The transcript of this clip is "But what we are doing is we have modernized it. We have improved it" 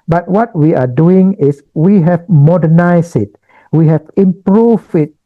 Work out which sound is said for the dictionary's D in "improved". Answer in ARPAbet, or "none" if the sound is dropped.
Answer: none